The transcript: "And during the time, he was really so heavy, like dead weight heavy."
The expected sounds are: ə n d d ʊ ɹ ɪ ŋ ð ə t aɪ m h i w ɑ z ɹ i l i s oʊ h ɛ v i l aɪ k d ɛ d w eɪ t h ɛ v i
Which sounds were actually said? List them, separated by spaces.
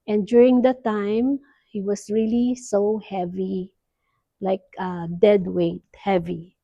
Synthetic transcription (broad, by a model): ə n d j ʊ ɹ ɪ ŋ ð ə t aɪ m h i w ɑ s ɹ i l i s oʊ h ɛ v i l aɪ k d ɛ d w eɪ t h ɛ v i